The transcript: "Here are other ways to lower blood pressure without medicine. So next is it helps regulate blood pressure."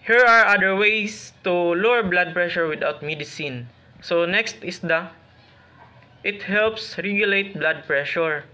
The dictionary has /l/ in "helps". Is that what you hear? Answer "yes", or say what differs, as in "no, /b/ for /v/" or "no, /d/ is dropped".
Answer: yes